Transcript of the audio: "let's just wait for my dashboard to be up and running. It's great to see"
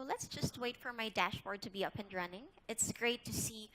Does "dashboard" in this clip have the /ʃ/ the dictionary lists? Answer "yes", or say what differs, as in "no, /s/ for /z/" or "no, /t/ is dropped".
yes